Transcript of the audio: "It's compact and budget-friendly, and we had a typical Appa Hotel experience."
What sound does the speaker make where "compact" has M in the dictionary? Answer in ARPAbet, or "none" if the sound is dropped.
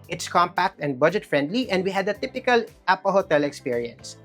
M